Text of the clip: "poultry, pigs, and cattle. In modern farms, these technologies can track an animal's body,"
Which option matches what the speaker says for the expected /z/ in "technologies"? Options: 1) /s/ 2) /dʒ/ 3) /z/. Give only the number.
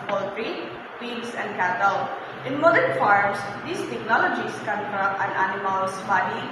1